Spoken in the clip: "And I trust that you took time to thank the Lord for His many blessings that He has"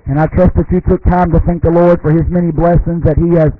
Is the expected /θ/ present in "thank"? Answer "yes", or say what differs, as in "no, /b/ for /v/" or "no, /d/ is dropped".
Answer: yes